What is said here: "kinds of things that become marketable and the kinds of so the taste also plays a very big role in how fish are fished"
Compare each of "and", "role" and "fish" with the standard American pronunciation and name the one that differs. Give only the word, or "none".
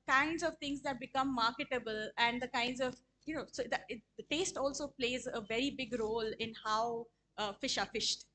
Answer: none